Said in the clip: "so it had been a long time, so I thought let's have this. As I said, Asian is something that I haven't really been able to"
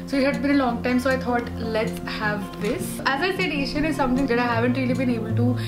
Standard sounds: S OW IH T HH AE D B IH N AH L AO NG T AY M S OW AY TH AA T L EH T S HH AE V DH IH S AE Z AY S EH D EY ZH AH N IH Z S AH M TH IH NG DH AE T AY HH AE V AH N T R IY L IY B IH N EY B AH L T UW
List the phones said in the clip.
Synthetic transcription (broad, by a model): S OW IH T HH AE D B IH N AH L AO NG T AY M S OW AY T AA T L EH T S HH AE V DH IH S AE Z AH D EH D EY SH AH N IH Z S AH M T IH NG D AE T AY HH AE V AH N T R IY L IY B IH N EY B AH L T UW